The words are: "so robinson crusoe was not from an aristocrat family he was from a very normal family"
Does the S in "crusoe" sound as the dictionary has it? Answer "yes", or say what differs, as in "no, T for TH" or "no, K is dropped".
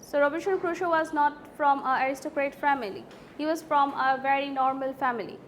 no, SH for S